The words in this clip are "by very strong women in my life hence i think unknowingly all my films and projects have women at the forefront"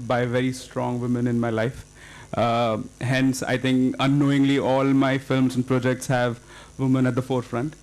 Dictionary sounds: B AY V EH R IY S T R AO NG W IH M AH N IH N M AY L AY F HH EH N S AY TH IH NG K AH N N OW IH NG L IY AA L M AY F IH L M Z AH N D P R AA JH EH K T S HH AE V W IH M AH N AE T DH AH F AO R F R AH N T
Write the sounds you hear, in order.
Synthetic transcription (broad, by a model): B AY V EH R IY S T R AO NG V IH M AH N IH N M AY L AY F HH EH N S AY T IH NG K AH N N OW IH NG L IY AA L M AY F IH L M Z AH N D P R AA JH EH K T S HH AE V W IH M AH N AE T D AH F AO R F R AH N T